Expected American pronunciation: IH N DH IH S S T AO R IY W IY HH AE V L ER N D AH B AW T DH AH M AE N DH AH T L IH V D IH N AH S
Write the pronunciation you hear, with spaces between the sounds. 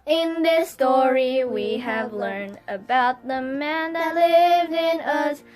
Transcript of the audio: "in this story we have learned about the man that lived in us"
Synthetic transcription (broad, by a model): IH N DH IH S S T AO R IY W IY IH V L ER N D AH B AW T DH AH M AE N DH AH T L IH V D IH N AH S